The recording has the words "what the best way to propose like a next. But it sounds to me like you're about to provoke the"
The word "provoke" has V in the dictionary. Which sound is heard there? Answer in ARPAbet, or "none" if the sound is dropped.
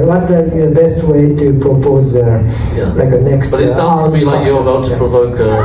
V